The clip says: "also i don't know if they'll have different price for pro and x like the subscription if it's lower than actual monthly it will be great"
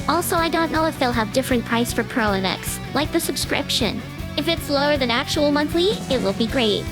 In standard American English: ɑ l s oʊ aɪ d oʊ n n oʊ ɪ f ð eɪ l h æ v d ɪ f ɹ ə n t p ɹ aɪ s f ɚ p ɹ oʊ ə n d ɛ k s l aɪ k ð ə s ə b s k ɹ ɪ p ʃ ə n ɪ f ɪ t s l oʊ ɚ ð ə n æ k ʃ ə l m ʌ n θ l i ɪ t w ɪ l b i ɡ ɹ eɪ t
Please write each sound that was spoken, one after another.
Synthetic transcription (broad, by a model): ɑ l s oʊ aɪ d oʊ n n oʊ ɪ f ð eɪ l h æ v d ɪ f ɹ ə n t p ɹ aɪ s f ɚ p ɹ oʊ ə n ɛ k s l aɪ k ð ə s ə b s k ɹ ɪ p ʃ ə n ɪ f ɪ t s l oʊ ɚ ð ə n æ k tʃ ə l m ʌ n θ l i ɪ t w ɪ l b i ɡ ɹ eɪ t